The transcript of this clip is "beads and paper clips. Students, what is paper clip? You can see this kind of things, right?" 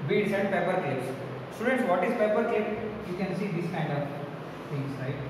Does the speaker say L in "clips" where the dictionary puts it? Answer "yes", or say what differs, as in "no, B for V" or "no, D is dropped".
no, L is dropped